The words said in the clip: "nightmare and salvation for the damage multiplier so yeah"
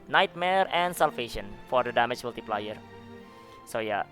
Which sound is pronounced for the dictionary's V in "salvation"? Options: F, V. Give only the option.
F